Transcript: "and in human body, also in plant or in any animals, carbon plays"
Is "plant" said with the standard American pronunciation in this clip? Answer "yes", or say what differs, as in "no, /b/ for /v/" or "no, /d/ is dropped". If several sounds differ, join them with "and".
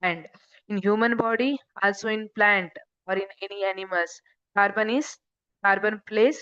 yes